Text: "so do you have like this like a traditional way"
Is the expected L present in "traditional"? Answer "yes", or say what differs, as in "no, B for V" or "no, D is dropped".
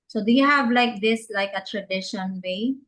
no, N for L